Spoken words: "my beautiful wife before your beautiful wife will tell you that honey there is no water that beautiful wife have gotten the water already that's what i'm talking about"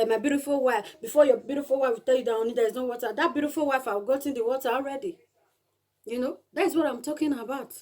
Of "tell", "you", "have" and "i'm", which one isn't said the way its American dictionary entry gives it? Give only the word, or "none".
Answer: have